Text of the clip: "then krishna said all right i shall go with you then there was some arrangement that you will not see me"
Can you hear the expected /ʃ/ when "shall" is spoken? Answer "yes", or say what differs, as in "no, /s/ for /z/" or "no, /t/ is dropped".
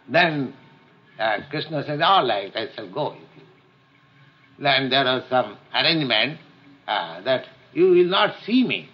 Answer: no, /s/ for /ʃ/